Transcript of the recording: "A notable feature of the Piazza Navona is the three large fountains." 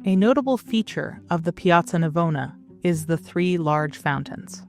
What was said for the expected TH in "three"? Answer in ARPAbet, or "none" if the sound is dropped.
TH